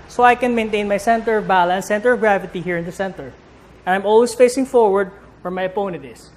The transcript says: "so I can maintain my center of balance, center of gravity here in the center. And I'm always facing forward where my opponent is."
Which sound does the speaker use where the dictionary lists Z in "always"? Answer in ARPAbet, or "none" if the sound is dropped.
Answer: S